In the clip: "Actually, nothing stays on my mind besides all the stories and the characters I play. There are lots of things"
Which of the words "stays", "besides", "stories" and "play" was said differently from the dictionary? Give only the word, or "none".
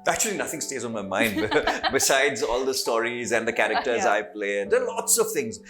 none